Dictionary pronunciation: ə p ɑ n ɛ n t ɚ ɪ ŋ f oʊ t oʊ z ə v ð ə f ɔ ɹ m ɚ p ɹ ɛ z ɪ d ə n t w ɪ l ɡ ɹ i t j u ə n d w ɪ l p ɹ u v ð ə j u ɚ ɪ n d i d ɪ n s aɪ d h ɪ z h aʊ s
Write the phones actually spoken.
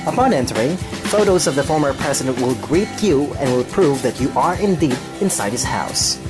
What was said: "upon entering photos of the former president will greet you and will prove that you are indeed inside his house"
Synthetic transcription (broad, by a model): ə p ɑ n ɛ n t ɚ ɪ ŋ f oʊ t oʊ z ə v ð ə f ɔ ɹ m ɚ p ɹ ɛ z ɪ d ə n t w ɪ l ɡ ɹ i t j u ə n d w ɪ l p ɹ u v ð ə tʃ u ɚ ɪ n d i d ɪ n s aɪ d h ɪ z h aʊ s